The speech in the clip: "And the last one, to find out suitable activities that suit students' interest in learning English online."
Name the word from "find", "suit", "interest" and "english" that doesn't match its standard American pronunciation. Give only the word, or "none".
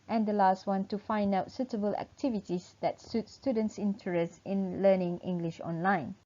none